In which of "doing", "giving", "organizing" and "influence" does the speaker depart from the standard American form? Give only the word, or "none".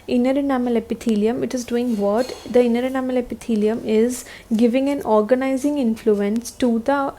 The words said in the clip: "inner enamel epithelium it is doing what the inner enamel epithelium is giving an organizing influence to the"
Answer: none